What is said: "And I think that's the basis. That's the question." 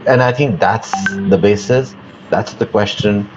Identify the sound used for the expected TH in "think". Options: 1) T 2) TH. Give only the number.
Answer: 2